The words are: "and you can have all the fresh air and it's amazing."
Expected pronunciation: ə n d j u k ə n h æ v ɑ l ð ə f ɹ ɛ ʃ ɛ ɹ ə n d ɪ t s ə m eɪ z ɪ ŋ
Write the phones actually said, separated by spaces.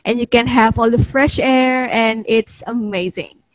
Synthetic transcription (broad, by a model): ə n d j u k ə n h æ v ɑ l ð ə f ɹ ɛ ʃ ɛ ɹ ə n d ɪ t s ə m eɪ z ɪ ŋ